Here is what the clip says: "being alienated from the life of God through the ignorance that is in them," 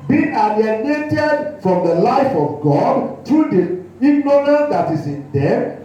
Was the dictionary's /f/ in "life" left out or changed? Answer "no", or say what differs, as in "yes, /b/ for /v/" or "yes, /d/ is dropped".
no